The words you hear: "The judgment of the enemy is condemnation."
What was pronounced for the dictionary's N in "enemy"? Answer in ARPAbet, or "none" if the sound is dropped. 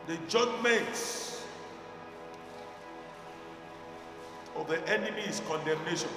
N